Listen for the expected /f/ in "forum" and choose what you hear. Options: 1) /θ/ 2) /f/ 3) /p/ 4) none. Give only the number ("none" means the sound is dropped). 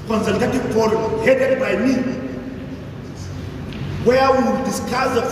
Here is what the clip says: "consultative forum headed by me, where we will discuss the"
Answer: 3